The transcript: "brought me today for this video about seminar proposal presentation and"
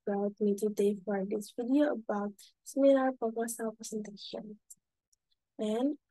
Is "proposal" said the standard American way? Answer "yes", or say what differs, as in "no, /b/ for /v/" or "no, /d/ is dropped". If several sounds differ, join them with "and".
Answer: no, /ɹ/ is dropped and /s/ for /z/